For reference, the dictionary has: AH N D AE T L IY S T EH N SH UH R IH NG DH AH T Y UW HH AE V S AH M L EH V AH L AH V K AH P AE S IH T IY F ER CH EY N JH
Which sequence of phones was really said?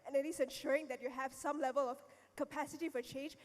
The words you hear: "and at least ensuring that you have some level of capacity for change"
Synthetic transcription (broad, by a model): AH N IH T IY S EH N SH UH R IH NG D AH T Y UW HH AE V S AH M L EH V AH L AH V K AH P AE S IH T IY F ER CH EY N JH